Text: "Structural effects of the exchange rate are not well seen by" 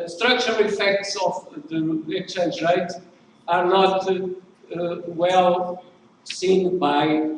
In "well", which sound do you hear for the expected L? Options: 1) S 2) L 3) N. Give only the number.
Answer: 2